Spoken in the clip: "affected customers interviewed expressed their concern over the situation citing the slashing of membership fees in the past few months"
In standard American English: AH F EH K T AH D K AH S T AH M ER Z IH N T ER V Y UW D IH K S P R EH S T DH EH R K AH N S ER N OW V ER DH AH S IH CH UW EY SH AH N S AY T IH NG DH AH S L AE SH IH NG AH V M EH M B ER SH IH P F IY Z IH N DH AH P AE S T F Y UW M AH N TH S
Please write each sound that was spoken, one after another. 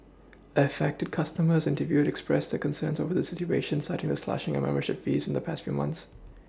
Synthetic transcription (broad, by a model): AH F EH K T AH D K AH S T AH M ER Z IH N T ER V Y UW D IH K S P R EH S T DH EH K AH N S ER N OW V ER DH AH S IH CH UW EY SH AH N S AY T IH NG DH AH S L AE SH IH NG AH M EH M B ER SH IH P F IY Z IH N DH AH P AE S T F Y UW M AH N TH S